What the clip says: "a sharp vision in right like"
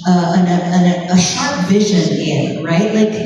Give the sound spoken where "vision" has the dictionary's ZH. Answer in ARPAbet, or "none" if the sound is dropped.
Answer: ZH